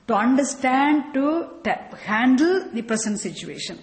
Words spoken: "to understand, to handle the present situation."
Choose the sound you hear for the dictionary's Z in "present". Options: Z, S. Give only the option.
S